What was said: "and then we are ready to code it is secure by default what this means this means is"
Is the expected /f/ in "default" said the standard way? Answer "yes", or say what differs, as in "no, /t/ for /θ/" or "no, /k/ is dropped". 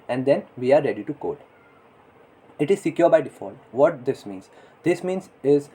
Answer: yes